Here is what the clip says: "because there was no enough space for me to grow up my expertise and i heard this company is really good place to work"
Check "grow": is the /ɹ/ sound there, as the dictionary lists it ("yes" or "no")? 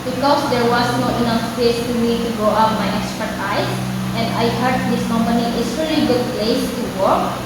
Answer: no